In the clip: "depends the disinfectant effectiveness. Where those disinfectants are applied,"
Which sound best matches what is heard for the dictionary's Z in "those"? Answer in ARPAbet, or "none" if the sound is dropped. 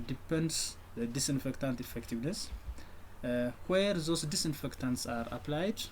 S